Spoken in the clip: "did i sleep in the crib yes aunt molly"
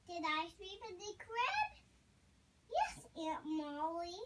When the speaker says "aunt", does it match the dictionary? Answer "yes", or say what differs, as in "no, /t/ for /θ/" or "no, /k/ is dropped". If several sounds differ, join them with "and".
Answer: no, /n/ is dropped